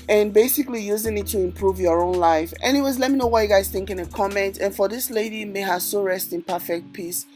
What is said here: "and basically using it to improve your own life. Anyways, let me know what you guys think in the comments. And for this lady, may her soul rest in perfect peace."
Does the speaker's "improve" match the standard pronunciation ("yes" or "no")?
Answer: yes